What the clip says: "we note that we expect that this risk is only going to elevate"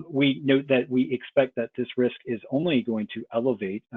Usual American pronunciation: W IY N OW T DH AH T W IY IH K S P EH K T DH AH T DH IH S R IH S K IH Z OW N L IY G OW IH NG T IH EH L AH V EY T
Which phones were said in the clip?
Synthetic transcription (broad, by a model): W IY N OW T DH AH T W IY IH K S P EH K T DH AH T DH IH S R IH S K IH Z OW N L IY G OW IH NG T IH EH L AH V EY T